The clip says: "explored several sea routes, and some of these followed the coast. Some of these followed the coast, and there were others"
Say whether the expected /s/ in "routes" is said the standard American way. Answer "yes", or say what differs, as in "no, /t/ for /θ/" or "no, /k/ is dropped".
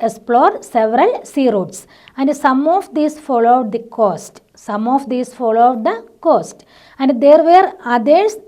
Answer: yes